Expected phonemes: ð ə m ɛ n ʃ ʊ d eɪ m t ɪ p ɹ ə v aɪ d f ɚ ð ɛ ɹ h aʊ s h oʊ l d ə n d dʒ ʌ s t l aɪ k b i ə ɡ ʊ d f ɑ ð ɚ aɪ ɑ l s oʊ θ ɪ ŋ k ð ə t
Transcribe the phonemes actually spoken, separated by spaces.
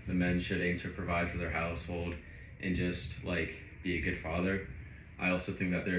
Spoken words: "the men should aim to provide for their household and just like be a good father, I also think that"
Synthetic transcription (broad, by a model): ð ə m ɛ n ʃ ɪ d eɪ m t ɪ p ɹ ə v aɪ d f ɚ ð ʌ ɹ h aʊ s h oʊ l d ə n dʒ ʌ s t l aɪ k b i ə ɡ ʊ d f ɑ ð ɚ aɪ ɑ l s oʊ θ ɪ ŋ k ð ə t